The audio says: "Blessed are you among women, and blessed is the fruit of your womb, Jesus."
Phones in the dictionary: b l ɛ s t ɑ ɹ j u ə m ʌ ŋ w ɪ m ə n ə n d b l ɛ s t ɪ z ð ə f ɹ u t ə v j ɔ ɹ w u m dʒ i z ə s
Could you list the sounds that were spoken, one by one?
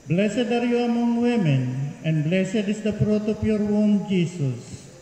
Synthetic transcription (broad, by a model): b l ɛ s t ɑ ɹ j u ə m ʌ ŋ w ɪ m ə n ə n b l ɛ s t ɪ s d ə p ɹ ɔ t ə p j ɔ ɹ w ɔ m dʒ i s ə s